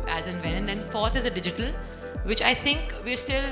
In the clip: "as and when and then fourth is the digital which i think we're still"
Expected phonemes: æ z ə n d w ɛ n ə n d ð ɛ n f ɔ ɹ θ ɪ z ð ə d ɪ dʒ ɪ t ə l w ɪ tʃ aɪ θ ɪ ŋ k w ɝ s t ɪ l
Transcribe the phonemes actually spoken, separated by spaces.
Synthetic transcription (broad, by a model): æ z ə n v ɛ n ə n d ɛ n f ɔ ɹ t ɪ z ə d ɪ dʒ ɪ t ə l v ɪ tʃ aɪ t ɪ ŋ k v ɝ s t ɪ l